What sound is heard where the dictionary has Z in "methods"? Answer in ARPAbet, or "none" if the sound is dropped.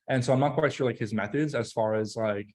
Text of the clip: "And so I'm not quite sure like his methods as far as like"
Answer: Z